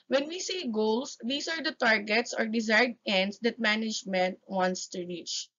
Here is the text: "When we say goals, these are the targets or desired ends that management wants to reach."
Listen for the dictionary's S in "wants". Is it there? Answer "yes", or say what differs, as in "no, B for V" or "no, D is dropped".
yes